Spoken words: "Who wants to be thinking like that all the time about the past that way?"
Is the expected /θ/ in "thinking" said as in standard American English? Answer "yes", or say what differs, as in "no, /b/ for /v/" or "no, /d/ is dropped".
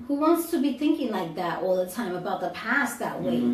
yes